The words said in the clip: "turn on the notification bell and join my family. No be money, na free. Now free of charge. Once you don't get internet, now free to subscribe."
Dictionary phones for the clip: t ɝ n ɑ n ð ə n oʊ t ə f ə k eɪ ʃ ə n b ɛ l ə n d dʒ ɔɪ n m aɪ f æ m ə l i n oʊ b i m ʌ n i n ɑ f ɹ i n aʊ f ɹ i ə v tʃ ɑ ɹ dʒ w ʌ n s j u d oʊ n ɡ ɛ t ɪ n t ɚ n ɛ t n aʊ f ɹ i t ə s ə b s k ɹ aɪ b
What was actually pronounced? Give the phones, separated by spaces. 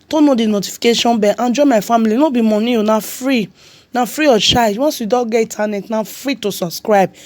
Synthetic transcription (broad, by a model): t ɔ n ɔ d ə n oʊ t ə f ə k eɪ ʃ ə n b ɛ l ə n dʒ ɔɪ m aɪ f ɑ m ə l i n oʊ b i m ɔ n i n ɑ f ɹ i n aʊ f ɹ i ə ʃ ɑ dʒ w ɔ n s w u d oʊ ɡ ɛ i t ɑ n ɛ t n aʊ f ɹ i t ə s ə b s k ɹ aɪ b